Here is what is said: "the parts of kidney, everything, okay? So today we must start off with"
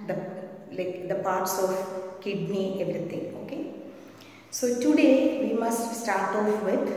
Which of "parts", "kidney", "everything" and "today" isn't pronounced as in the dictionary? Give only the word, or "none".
everything